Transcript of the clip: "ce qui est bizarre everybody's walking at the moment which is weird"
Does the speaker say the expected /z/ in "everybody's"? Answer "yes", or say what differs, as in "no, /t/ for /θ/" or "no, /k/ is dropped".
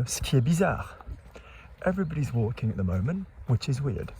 yes